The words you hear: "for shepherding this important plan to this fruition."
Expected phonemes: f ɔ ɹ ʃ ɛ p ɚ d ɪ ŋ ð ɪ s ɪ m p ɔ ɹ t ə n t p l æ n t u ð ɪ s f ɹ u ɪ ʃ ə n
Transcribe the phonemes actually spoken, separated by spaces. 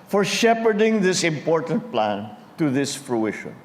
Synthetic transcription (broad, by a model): f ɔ ɹ ʃ ɛ p ɚ d ɪ ŋ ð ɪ s ɪ m p ɔ ɹ t ə n t p l æ n t u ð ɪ s f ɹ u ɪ ʃ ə n